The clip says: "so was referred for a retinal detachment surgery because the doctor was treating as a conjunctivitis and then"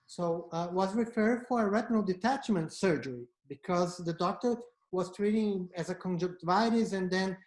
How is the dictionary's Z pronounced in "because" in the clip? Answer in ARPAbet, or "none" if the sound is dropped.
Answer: Z